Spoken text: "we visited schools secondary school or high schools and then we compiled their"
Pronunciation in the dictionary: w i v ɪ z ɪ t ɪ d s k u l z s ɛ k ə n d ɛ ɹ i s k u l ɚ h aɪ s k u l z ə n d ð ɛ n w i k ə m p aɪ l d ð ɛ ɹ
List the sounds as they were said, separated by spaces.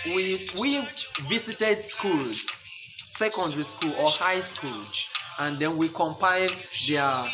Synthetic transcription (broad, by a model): w i v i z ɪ t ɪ d s k u l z s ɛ k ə n d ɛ ɹ i s k u l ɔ h aɪ s k u l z ə n d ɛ n w i k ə m p aɪ d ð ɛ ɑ